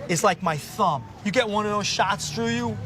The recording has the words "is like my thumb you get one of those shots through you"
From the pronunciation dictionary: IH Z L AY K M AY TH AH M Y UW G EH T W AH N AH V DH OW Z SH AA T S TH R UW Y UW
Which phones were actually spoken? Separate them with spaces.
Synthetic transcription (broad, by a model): IH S L AY K M AY TH AH M Y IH G EH T W AH N AH V DH OW Z SH AA T S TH R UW Y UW